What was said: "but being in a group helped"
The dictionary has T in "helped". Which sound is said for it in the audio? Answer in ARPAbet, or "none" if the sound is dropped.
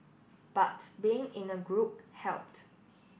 T